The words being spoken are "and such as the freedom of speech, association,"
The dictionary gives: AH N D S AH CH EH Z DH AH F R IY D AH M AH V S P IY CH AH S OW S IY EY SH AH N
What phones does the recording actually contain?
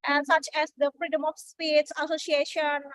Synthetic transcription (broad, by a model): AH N S AH CH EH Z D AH F R IY D AH M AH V S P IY S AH S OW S IY EY SH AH N